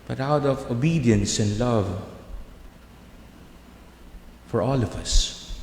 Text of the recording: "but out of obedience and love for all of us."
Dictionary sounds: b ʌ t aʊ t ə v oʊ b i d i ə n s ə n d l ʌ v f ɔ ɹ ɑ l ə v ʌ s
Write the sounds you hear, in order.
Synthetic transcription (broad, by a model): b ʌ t aʊ t ə v oʊ b i d i ə n s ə n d l ʌ v f ɔ ɹ ɑ l ə v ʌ s